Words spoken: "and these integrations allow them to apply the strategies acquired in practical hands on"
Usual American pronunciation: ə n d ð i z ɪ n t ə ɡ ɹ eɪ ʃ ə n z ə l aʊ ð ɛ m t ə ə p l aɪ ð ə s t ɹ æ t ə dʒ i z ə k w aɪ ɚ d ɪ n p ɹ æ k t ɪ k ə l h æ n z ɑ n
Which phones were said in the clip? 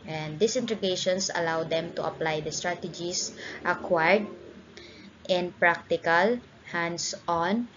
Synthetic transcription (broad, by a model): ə n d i s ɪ n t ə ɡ eɪ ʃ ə n s ə l aʊ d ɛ m t ə ə p l aɪ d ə s t ɹ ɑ t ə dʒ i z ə k w aɪ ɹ d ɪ n p ɹ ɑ k t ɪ k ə l h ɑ n s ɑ n